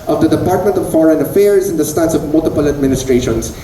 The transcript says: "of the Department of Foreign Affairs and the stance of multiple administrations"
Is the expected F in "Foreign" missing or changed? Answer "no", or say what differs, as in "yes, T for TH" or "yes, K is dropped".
no